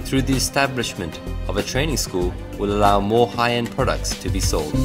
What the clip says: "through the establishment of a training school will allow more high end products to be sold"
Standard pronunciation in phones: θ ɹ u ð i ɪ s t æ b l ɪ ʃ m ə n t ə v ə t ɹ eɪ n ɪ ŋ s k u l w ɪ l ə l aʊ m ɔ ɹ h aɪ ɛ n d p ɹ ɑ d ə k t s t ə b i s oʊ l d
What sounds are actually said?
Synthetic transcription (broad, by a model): θ ɹ u ð i ɪ s t æ b l ɪ ʃ m ə n t ə v ə t ɹ eɪ n ɪ ŋ s k u l w ɪ l ə l aʊ m ɔ ɹ h aɪ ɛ n p ɹ ɑ d ə k t s t ə b i s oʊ l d